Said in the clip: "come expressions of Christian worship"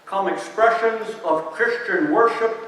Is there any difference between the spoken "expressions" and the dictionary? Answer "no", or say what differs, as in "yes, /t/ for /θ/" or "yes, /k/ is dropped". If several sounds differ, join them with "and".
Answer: no